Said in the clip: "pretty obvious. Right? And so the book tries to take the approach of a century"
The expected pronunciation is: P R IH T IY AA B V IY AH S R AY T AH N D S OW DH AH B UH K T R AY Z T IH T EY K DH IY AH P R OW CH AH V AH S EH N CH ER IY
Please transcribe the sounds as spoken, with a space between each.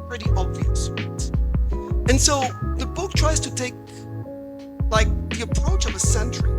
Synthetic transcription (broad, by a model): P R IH T IY AA B V IY AH S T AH N S OW DH AH B UH K T R AY Z T IH T EY K DH IY AH P R OW CH AH V AH S EH N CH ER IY